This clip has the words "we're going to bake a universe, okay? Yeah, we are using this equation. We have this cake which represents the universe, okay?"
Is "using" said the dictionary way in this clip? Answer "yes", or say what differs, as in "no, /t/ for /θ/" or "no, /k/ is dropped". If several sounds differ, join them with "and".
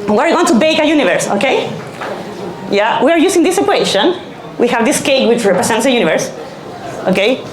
no, /s/ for /z/